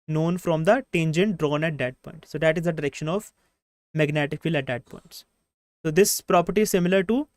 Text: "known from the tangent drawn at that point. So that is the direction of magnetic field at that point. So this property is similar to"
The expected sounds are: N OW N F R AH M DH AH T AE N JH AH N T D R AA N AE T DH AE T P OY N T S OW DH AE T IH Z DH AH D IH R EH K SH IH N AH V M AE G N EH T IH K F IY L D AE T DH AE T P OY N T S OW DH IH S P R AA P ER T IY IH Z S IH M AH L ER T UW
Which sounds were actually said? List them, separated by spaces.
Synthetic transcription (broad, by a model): N OW N F R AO M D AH T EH N JH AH N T D R AA N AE T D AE T P OY N T S OW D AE T IH Z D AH D IH R EH K SH IH N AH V M AE G N EH T IH K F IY L AE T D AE T P OY N T S OW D IH S P R AA P ER T IY IH Z S IH M AH L ER T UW